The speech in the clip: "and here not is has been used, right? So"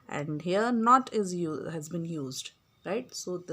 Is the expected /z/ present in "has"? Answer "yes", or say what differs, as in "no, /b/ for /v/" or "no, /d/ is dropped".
yes